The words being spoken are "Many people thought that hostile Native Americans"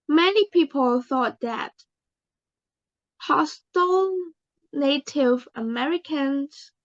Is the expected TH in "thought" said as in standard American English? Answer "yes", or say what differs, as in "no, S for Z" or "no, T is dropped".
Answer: yes